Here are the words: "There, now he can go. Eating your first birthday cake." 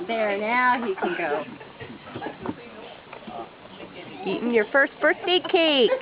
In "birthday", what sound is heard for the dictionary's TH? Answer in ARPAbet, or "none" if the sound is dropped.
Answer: S